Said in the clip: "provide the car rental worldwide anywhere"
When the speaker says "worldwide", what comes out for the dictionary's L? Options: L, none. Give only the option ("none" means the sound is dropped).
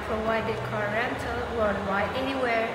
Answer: none